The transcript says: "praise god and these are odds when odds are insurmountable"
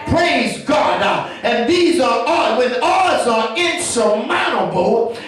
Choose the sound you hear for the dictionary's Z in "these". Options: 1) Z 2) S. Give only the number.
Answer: 1